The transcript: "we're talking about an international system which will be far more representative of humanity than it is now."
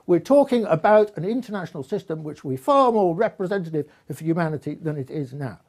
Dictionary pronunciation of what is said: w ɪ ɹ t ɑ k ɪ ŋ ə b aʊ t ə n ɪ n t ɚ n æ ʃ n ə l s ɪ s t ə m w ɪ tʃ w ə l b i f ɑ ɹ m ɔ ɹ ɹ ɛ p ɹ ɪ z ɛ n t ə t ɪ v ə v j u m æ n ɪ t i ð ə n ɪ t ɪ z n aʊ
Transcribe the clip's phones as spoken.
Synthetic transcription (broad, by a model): w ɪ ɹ t ɑ k ɪ ŋ ə b aʊ t ə n ɪ n t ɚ n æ ʃ n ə l s ɪ s t ə m w ɪ tʃ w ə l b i f ɑ ɹ m ɔ ɹ ɹ ɛ p ɹ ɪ z ɛ n t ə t ɪ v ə j u m æ n ɪ t i ð ə n ɪ t ɪ z n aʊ